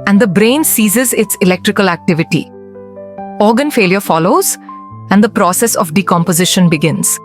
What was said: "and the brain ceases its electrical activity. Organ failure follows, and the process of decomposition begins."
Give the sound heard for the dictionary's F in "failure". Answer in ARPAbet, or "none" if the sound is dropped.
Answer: F